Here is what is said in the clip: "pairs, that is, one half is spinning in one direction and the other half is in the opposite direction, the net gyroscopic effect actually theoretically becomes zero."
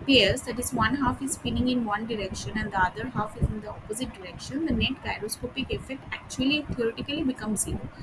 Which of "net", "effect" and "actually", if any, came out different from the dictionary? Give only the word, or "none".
none